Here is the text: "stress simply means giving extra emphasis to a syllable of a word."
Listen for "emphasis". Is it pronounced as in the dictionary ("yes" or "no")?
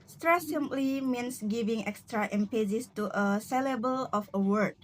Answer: no